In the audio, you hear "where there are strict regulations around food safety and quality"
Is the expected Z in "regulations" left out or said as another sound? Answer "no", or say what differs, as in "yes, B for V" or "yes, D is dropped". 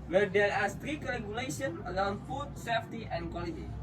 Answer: yes, Z is dropped